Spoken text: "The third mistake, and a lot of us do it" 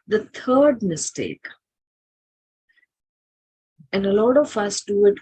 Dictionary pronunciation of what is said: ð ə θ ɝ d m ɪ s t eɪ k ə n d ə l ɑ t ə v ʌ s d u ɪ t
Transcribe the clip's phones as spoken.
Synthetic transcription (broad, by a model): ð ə t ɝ d m ɪ s t eɪ k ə n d ə l ɑ t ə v ʌ s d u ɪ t